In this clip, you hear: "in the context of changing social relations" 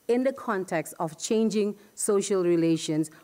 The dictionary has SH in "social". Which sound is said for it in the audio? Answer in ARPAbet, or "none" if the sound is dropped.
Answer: SH